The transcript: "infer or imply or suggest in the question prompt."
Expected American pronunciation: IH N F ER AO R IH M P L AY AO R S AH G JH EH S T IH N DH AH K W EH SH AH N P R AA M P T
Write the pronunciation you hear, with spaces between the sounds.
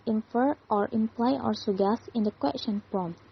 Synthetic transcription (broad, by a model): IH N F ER AO R IH M P L AY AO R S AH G EH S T IH N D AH K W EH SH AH N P R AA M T